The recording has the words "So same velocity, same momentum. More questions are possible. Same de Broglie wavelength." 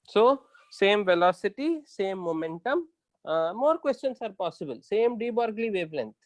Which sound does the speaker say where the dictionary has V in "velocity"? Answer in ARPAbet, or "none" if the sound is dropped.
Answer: V